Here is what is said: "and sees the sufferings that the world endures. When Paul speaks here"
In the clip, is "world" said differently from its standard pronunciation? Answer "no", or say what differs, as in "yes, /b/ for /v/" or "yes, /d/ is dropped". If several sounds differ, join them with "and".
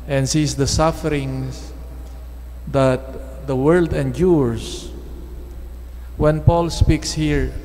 no